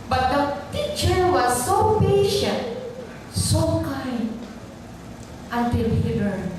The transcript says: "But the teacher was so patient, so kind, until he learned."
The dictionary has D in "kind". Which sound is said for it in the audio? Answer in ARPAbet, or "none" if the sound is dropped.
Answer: none